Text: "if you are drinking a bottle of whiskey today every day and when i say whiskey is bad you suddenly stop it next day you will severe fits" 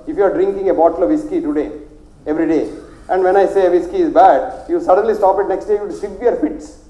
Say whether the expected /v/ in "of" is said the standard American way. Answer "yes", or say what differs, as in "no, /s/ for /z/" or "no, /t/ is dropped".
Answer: yes